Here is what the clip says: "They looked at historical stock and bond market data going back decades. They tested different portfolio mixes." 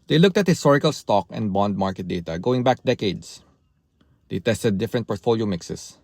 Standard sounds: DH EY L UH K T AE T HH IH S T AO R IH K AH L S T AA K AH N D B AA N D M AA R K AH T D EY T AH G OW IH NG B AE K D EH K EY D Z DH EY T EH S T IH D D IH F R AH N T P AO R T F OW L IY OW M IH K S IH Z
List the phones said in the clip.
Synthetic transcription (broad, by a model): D EY L UH K T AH T HH IH S T AO R IH K AH L S T AA K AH N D B AA N D M AA R K AH T D EY T AH G OW IH NG B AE K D EH K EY D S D EY T EH S T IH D D IH F R AH N T P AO R T F OW L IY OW M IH K S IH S